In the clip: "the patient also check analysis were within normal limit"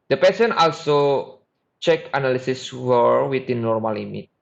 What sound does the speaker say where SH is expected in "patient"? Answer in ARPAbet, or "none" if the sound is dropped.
S